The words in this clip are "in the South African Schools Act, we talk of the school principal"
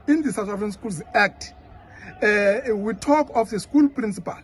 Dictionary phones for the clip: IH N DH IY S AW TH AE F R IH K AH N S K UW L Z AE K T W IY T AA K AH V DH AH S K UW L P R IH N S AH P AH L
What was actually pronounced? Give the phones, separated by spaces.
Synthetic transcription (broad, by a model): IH N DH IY S AW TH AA F R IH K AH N S K UW L Z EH K T W IY T AA K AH F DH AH S K UW L P R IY N S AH P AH L